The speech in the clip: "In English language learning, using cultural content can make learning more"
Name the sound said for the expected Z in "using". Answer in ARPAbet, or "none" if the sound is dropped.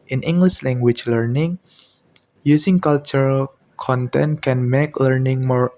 S